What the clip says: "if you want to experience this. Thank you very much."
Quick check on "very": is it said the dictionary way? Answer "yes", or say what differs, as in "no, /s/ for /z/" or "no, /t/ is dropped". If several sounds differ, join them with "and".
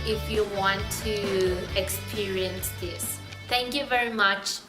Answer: yes